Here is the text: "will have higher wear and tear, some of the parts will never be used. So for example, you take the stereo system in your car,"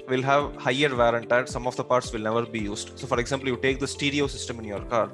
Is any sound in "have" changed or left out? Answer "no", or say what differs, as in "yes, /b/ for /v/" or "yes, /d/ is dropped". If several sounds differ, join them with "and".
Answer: no